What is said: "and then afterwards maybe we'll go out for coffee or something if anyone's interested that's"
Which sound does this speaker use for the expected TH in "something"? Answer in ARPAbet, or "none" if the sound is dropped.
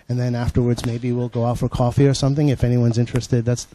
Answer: TH